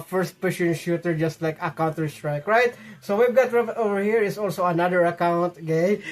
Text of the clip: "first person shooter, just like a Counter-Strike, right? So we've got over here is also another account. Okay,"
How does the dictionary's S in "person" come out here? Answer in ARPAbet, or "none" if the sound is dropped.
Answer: SH